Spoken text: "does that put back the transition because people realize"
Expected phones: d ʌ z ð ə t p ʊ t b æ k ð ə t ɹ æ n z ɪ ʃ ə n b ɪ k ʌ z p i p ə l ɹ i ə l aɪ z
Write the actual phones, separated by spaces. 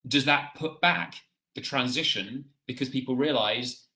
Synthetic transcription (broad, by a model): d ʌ z ð ə t p ʊ t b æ k ð ə t ɹ æ n z ɪ ʃ ə n b ɪ k ʌ z p i p ə l ɹ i ə l aɪ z